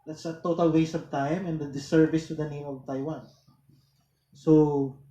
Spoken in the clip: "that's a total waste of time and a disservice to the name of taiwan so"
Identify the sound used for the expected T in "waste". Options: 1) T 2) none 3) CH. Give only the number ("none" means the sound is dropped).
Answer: 2